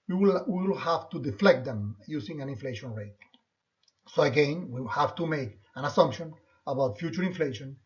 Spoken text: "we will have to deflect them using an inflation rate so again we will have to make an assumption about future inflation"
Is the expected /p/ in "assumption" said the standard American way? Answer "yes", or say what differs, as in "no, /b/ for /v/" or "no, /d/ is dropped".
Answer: yes